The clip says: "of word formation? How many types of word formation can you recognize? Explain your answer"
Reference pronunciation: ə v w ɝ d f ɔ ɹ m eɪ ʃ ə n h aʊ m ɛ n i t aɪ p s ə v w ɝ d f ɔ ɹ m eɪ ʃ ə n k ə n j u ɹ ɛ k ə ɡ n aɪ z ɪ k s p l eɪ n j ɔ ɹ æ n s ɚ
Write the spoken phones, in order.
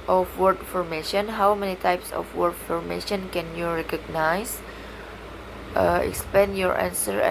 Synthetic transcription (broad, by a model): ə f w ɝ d f ɔ ɹ m eɪ ʃ ə n h aʊ m ɛ n i t aɪ p s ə f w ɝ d f ɔ ɹ m eɪ ʃ ə n k ə n j u ɹ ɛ k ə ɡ n aɪ s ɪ k s p eɪ n j ɔ ɹ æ n s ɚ